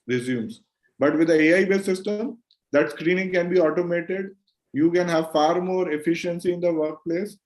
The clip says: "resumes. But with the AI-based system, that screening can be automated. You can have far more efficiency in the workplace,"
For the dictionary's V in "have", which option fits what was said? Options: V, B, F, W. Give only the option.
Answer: V